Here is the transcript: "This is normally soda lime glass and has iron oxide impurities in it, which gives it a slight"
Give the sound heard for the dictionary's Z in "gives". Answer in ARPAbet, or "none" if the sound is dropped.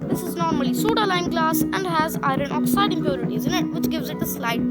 Z